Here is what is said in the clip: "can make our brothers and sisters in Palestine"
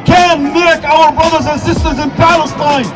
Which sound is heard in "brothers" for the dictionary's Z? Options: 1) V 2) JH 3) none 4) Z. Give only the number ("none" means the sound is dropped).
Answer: 4